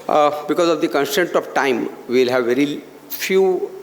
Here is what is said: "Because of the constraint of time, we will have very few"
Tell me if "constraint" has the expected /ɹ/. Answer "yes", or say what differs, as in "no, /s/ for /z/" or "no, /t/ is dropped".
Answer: no, /ɹ/ is dropped